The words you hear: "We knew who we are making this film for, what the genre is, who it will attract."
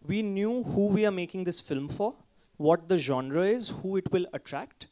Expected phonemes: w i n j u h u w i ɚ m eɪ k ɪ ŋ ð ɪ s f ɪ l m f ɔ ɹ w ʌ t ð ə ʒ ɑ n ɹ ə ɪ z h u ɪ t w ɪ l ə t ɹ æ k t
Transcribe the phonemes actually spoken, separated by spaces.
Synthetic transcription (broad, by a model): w i n j u h u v i ɚ m eɪ k ɪ ŋ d ɪ s f ɪ l m f ɔ ɹ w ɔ t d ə ʒ ɑ n ɹ ə ɪ z h u ɪ t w ɪ l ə t ɹ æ k t